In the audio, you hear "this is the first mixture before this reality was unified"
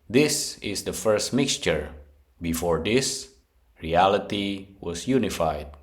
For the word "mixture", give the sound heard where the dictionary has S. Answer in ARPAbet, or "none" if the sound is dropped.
S